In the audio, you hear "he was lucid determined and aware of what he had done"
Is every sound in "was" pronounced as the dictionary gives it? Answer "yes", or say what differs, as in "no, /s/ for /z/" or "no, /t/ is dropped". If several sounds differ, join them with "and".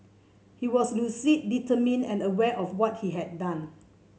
no, /s/ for /z/